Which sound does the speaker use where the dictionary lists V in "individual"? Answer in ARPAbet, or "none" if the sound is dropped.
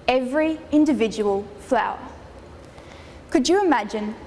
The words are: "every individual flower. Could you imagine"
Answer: V